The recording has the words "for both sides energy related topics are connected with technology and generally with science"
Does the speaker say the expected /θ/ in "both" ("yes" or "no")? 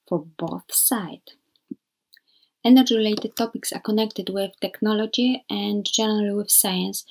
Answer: yes